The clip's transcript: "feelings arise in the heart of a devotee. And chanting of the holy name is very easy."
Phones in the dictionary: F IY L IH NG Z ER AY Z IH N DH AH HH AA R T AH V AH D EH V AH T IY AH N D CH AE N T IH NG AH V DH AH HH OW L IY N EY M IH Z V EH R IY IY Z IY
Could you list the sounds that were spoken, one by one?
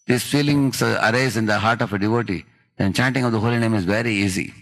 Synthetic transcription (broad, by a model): F IY L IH NG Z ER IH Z IH N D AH HH AA R T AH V AH D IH V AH T IY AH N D CH AE N T IH NG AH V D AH HH OW L IY N EY M IH Z V EH R IY IY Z IY